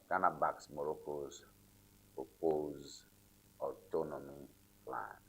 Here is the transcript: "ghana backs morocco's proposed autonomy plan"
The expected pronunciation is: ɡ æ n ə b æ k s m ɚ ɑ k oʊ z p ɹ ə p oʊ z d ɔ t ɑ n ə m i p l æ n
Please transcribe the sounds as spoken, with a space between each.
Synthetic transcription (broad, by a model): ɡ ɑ n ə b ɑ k s m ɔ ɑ k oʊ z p ə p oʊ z ɔ t ɑ n ə m i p l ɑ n